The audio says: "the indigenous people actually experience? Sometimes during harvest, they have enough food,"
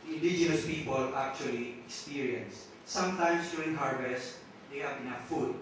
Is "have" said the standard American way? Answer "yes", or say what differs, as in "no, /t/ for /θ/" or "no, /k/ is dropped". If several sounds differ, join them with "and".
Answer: no, /p/ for /v/